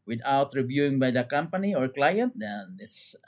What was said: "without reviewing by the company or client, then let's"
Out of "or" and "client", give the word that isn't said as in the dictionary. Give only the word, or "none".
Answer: none